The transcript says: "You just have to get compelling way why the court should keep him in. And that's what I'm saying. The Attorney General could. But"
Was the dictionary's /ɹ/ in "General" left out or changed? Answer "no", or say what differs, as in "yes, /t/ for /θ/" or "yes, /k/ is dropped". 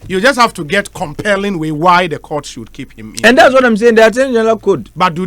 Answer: yes, /l/ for /ɹ/